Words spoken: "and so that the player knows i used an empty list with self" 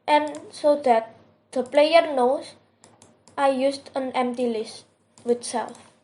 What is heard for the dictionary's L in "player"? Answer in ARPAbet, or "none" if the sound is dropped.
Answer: L